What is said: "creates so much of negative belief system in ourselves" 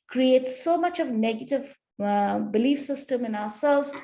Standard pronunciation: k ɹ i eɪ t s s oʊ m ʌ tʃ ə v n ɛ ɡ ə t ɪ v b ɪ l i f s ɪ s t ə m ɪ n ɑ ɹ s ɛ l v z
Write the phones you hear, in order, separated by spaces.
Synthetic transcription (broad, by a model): k ɹ i eɪ t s s oʊ m ʌ tʃ ə v n ɛ ɡ ə t ɪ v b ɪ l i f s ɪ s t ə m ɪ n ɑ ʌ s ɛ l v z